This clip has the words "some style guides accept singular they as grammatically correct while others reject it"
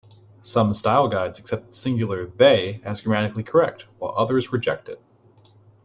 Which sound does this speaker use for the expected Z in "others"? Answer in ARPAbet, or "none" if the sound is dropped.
Z